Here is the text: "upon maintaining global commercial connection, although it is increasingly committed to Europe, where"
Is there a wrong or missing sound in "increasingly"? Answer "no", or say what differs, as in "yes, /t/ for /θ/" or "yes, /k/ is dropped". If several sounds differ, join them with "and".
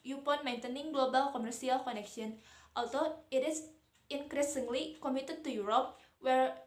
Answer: no